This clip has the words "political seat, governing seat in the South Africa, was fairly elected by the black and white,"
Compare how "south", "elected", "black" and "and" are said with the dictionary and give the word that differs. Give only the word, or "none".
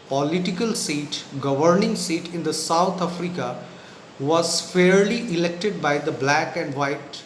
south